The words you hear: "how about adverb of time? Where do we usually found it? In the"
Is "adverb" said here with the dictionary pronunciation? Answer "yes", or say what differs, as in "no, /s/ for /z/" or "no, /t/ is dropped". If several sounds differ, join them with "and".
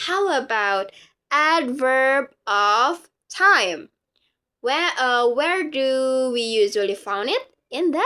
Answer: yes